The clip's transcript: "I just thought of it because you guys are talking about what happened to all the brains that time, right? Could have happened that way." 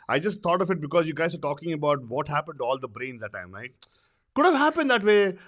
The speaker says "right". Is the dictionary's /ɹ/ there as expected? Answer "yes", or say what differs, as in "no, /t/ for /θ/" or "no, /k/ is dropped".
no, /l/ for /ɹ/